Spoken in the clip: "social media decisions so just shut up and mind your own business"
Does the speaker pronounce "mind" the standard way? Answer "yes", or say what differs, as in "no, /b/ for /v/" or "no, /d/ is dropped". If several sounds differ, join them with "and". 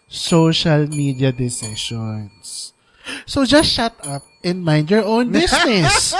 yes